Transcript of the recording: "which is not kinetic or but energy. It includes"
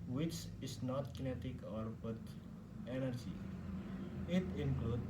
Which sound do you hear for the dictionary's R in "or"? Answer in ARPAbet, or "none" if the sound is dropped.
R